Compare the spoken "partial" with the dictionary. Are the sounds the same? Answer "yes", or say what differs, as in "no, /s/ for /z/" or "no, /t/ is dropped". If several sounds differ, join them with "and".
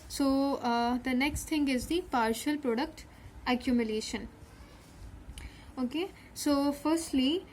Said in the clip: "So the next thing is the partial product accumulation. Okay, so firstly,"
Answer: yes